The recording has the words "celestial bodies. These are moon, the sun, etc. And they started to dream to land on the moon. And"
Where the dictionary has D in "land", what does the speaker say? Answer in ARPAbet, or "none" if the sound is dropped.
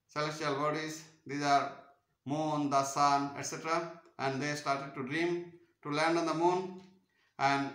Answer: D